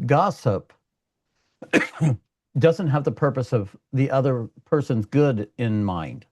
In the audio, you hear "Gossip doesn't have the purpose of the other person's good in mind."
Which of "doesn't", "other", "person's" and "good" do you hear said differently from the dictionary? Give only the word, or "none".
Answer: none